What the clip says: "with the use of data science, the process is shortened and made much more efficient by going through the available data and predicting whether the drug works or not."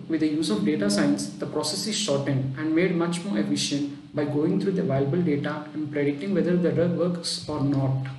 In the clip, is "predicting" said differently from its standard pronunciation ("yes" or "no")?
yes